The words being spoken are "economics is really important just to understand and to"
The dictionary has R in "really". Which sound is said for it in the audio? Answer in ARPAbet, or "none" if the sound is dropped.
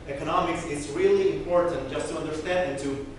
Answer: R